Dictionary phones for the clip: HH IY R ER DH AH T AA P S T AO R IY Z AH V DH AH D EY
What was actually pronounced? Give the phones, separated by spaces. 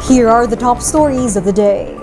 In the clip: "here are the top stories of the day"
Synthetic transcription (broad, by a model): HH IY R ER DH AH T AA P S T AO R IY Z AH V DH AH D EY